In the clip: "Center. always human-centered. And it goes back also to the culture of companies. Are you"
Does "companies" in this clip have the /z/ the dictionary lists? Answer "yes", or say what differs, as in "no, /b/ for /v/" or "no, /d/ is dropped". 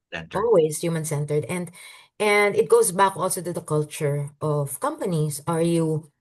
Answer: no, /s/ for /z/